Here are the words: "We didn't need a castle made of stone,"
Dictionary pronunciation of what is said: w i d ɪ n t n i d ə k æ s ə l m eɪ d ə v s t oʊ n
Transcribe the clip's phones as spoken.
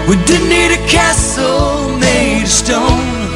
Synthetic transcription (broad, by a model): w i d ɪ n n i d ə k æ s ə l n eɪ ə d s t oʊ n